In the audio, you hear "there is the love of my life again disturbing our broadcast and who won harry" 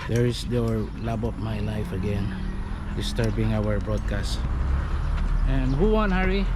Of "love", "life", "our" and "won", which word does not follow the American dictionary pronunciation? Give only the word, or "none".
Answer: love